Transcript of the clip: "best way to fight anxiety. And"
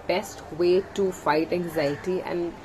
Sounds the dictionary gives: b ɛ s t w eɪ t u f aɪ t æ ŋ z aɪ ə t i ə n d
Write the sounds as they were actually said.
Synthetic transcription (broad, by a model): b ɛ s t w eɪ t u f aɪ t æ ŋ z aɪ ə t i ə n d